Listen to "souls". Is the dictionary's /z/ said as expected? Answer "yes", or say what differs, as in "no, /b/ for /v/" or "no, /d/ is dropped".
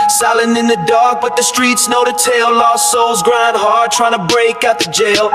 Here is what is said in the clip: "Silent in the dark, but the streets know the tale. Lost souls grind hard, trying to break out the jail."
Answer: yes